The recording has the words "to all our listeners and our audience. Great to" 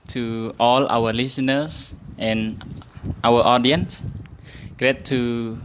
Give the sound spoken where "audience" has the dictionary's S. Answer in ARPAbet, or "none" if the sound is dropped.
S